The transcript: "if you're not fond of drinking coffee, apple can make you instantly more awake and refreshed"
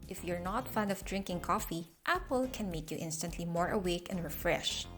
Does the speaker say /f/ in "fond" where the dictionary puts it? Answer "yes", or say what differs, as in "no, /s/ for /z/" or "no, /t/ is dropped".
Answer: yes